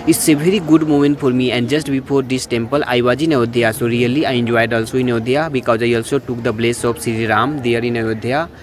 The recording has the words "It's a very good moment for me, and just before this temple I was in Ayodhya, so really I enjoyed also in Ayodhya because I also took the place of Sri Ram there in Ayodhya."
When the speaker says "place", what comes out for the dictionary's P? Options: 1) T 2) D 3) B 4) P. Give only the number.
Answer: 3